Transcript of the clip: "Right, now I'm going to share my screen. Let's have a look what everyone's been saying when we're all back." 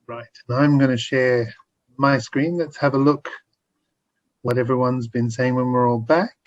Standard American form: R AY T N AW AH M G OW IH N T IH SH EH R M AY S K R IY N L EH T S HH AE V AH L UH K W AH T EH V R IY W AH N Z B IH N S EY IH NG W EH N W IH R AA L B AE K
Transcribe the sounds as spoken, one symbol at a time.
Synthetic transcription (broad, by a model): R AY T N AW AH M G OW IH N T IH SH EH R M AY S K R IY N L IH T S HH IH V AH L UH K W AH T EH V R IY W AH N Z B IH N S EY IH NG W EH N W IH R AA L B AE K